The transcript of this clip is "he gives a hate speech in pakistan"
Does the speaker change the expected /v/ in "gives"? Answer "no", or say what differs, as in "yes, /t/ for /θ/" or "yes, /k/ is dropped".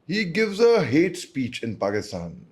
no